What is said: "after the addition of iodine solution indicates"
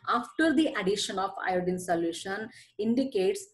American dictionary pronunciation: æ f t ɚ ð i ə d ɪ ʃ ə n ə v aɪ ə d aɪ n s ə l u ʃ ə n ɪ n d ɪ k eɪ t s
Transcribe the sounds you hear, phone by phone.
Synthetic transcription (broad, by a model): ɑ f t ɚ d i ə d ɪ ʃ ə n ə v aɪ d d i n s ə l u ʃ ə n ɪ n d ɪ k eɪ t s